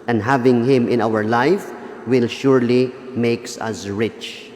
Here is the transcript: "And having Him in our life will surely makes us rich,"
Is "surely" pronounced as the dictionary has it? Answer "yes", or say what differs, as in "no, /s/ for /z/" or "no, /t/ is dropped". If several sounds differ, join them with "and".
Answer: yes